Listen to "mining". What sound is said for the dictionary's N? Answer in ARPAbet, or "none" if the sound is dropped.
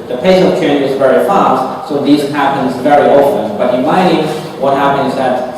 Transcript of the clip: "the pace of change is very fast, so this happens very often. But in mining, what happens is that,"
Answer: none